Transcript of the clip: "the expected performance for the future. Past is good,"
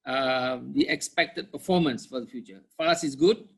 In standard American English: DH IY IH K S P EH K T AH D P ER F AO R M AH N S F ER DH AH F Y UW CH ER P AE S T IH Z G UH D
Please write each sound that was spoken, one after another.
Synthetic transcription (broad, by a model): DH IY IH K S P EH K T AH D P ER F AO M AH N S F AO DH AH F Y UW CH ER F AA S IH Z G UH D